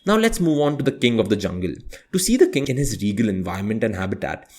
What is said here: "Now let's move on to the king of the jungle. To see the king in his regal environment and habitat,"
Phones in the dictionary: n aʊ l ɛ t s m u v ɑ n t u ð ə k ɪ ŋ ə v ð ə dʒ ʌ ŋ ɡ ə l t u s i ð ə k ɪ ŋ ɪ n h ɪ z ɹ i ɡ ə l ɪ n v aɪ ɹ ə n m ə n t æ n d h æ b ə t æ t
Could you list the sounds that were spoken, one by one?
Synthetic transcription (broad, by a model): n aʊ l ɛ t s m u v ɑ n t u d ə k ɪ ŋ ə v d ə dʒ ʌ ŋ ɡ ə l t u s i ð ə k ɪ ŋ ɪ n h ɪ z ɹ i ɡ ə l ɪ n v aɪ ə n m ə n t æ n d h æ b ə t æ t